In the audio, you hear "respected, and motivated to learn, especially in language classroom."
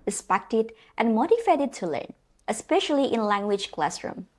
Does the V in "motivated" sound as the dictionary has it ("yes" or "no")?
no